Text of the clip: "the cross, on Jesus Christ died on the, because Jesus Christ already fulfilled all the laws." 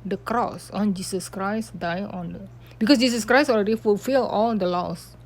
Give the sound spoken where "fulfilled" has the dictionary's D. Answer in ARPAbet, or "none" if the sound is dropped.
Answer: none